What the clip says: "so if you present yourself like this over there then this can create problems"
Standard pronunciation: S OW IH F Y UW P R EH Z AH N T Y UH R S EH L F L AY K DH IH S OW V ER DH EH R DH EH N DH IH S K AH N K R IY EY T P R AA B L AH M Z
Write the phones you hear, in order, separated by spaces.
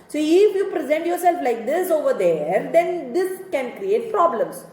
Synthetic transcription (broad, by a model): S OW IH F Y UW P R EH Z AH N T Y UH R S EH L F L AY K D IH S OW V ER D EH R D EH N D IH S K AH N K R IY EY T P R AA B L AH M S